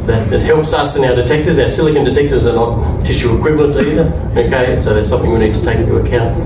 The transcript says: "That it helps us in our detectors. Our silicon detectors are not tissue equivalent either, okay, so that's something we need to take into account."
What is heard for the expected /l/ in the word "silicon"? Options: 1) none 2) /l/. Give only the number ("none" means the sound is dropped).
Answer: 2